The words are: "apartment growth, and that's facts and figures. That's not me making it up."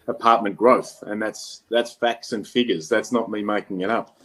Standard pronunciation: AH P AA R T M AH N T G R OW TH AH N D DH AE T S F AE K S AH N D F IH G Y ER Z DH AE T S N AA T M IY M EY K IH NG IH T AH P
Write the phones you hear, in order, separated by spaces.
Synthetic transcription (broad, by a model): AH P AA R T M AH N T G R OW TH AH N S DH AE T S F AE K S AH N F IH G Y ER Z DH AE T S N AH T M IY M EY K IH NG IH T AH P